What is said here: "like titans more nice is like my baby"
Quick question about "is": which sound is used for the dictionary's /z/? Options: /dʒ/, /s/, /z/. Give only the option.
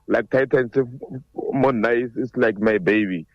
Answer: /s/